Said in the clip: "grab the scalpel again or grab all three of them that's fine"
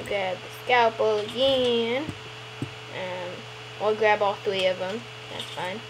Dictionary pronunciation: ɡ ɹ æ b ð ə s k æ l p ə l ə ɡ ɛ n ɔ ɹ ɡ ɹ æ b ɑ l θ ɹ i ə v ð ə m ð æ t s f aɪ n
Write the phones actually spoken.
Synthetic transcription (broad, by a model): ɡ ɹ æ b ð ə s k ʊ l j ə n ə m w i l ɡ ɹ æ b ɑ l θ ɹ i ə v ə m ð æ t s f aɪ n